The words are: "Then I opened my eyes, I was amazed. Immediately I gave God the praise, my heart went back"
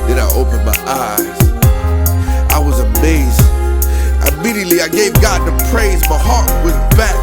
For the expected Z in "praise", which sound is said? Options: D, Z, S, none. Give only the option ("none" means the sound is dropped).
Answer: Z